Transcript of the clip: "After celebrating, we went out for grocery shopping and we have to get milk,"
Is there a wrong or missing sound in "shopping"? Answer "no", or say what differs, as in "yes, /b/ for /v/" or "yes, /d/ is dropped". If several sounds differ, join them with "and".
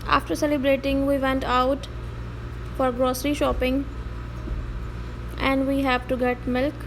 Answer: no